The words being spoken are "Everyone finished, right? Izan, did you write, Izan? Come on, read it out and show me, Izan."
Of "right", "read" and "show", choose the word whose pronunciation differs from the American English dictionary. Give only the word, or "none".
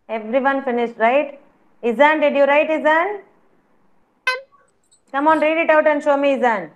none